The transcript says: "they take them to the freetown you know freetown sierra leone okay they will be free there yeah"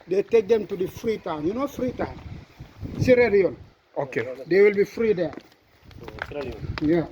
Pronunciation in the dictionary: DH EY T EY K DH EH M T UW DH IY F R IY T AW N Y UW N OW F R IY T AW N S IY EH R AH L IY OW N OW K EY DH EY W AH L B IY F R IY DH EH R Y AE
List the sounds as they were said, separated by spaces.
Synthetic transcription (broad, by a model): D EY T EY K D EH M T UW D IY F R IY T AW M Y UW N OW F R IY T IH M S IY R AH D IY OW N OW K EY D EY W AH L B IY F R IY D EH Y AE